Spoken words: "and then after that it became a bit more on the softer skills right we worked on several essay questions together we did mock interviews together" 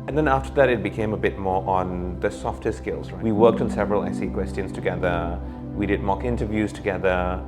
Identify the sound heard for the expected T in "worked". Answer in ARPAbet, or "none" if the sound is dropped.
T